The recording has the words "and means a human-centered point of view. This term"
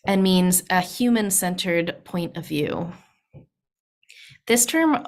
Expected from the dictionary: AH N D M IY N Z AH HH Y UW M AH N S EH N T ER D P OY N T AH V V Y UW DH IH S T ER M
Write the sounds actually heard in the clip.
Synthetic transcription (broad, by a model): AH N M IY N Z AH HH Y UW M AH N S EH N T ER D P OY N T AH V V Y UW DH IH S T ER M